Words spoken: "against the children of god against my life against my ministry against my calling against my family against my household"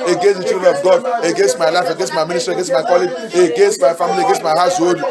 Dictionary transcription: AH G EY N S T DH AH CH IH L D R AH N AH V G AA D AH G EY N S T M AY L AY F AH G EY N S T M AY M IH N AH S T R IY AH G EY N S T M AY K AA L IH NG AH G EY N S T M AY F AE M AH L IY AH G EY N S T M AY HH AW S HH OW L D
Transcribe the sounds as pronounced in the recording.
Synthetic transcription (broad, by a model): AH G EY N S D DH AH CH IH D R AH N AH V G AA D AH G EY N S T M AY L AY F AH G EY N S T M AY M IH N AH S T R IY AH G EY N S M AY K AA L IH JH AH G EY N S T M AY F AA M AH L IY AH G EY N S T M AY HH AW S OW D